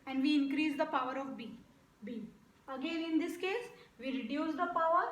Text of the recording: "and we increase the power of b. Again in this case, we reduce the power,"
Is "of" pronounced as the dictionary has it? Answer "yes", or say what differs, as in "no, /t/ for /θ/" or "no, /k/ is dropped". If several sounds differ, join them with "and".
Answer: no, /b/ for /v/